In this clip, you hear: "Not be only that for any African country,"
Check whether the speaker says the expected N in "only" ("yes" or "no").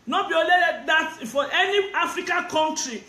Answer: no